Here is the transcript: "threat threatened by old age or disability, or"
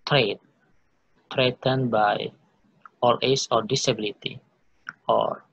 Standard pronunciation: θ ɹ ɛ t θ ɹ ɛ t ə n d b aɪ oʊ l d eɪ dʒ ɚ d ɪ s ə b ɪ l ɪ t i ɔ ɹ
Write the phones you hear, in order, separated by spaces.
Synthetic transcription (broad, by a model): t ɹ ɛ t t ɹ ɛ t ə n b aɪ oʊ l eɪ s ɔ d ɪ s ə b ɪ l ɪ t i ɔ ɹ